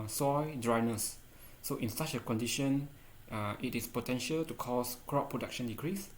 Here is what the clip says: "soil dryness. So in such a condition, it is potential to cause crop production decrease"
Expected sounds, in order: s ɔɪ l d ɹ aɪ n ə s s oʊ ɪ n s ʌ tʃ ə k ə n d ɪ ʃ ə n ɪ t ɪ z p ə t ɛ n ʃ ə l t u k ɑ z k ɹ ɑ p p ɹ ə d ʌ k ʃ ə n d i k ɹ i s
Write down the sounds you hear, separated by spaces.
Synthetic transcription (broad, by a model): s ɔɪ d ɹ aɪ n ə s s oʊ ɪ n s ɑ tʃ ə k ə n d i ʃ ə n ɪ t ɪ s p ə t ɛ n ʃ ə l t u k ɑ s k ɹ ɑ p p ɹ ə d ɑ k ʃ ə n d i k ɹ i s